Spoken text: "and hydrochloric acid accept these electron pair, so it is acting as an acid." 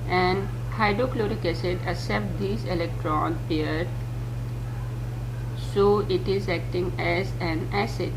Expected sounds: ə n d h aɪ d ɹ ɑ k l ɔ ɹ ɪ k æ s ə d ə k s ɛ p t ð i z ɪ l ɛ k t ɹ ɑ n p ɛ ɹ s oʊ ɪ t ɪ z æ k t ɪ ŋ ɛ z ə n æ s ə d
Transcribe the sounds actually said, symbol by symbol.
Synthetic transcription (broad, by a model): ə n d h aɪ d ɹ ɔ k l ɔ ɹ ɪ k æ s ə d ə s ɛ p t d i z ɪ l ɛ k t ɹ ɑ n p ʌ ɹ s oʊ ɪ t ɪ z æ k t ɪ ŋ ɛ z ə n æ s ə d